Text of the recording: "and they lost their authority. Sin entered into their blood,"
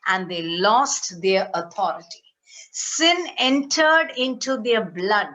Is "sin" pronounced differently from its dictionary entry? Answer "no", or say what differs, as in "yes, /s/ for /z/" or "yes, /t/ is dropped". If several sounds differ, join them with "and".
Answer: no